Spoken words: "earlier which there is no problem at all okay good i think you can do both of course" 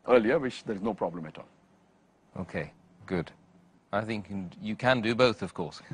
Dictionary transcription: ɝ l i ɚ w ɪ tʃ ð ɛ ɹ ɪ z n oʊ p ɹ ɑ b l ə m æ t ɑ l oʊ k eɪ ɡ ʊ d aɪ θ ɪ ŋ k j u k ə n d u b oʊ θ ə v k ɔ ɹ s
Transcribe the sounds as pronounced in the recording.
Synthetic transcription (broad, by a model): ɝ l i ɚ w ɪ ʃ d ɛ ɹ ɪ z n oʊ p ɹ ɑ b l ə m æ t ɑ l oʊ k eɪ ɡ ʊ d aɪ θ ɪ ŋ k j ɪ k ə n d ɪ b oʊ θ ə v k ɔ ɹ s